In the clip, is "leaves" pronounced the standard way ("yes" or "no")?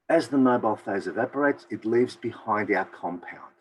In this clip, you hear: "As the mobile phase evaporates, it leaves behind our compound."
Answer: yes